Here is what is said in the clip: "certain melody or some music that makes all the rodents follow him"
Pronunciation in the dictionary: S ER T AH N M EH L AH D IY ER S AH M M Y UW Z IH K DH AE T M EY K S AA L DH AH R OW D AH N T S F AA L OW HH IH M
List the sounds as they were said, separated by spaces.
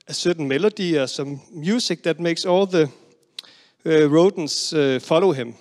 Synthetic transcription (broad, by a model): S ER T N M EH L AH D IY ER S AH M M Y UW S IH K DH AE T M EY K S AA L DH AH R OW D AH N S F AA L OW HH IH M